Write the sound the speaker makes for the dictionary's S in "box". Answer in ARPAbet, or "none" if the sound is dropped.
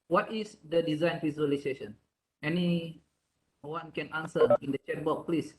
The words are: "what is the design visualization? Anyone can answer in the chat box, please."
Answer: none